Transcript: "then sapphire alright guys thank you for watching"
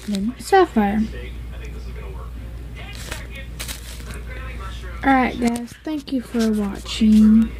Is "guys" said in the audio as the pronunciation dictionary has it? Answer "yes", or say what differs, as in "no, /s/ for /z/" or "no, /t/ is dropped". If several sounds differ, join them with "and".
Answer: no, /s/ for /z/